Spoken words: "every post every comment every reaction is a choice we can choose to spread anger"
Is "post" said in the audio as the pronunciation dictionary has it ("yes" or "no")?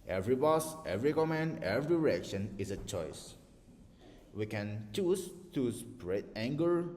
no